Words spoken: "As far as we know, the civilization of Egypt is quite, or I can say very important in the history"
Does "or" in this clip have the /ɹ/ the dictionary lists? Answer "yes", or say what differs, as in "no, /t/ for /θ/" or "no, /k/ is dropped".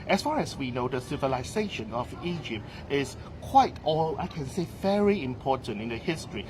no, /l/ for /ɹ/